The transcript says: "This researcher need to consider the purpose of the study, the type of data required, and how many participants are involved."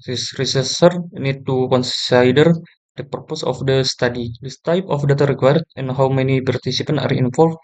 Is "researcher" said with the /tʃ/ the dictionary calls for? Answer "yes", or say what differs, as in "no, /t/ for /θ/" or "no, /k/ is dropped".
no, /s/ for /tʃ/